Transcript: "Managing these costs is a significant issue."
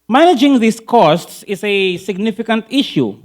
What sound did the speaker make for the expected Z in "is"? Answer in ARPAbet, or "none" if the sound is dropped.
S